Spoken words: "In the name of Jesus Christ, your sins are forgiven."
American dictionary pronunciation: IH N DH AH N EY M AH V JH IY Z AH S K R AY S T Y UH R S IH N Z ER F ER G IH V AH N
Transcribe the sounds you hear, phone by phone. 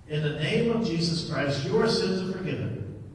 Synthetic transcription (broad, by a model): IH N DH AH N EY M AH V JH IY Z AH S K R AY S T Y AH R S IH N Z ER F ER G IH V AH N